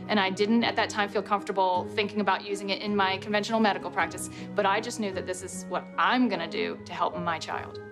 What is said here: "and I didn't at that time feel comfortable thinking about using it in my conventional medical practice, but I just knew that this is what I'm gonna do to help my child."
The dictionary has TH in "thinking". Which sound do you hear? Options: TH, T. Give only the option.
TH